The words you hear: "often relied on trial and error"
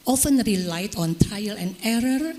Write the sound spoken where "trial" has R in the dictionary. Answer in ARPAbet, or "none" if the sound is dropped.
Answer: none